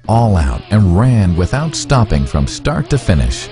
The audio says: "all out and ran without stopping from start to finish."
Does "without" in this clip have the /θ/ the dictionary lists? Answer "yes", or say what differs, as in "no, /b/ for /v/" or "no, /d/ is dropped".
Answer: yes